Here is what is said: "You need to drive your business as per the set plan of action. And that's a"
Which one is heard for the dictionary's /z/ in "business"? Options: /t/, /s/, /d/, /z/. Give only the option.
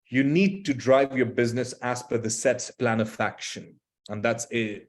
/z/